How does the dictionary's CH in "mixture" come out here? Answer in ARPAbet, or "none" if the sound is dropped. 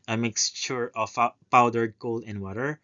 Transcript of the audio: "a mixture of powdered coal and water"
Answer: SH